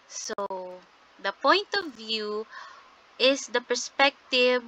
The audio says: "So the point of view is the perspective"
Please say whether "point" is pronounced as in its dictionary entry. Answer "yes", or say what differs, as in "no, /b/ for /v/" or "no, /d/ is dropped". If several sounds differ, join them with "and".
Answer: yes